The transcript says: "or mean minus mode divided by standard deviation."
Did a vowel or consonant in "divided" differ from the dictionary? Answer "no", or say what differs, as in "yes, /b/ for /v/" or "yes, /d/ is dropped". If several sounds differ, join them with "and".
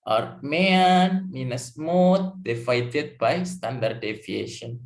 yes, /f/ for /v/